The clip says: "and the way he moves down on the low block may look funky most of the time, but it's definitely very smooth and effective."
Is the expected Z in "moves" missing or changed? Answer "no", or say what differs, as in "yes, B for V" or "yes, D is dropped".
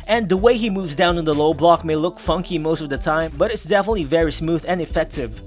no